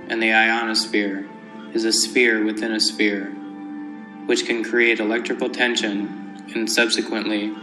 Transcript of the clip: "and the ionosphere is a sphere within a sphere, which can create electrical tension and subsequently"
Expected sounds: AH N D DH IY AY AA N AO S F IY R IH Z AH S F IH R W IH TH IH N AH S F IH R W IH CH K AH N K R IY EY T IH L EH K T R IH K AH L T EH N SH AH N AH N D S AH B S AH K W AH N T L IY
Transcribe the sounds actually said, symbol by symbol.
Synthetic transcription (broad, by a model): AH N DH IY AY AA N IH S P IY R IH Z AH S P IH R W IH TH IH N AH S P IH R W IH CH K AH N K R IY EY T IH L EH K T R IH K L T EH N SH AH N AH N S AH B S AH K W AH N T L IY